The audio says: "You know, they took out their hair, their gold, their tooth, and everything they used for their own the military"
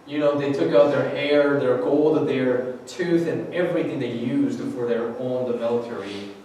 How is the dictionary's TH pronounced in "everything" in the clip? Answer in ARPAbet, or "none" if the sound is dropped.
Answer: TH